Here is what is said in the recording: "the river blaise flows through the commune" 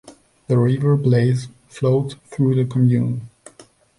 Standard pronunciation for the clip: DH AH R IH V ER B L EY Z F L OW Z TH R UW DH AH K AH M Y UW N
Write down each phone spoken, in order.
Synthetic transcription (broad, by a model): DH AH R IH V ER B L EY Z F L OW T TH R UW DH AH K AH M Y UW N